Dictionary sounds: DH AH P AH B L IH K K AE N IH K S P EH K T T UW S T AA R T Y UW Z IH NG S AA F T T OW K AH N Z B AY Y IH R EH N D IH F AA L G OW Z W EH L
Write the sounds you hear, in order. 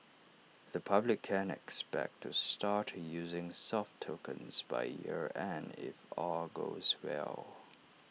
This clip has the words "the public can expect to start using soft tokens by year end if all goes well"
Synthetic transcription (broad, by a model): DH AH P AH B L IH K K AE N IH K S P EH K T T UW S T AA R T Y UW Z IH NG S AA F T T OW K AH N Z B AY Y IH R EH N IH F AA G OW Z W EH L